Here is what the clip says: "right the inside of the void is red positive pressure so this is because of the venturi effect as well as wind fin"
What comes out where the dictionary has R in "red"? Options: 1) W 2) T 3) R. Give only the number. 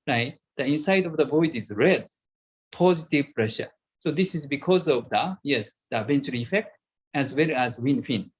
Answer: 3